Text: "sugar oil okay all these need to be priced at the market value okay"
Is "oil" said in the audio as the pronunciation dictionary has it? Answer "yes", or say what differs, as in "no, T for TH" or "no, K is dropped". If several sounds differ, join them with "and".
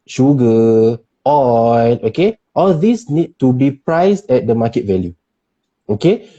no, N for L